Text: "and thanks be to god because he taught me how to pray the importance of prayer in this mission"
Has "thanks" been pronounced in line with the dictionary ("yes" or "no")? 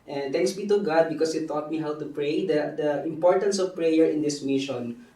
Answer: no